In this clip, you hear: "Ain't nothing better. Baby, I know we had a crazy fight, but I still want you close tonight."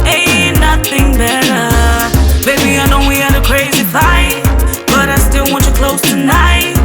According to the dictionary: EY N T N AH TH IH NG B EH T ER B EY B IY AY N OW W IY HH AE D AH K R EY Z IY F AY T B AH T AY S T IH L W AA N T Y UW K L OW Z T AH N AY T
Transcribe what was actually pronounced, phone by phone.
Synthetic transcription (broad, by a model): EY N N AH TH IH NG B EH T ER B EY B IY AY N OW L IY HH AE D AH K R EY Z IY F AY T B AH T AY S T IH L W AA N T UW K L OW Z T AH N AY T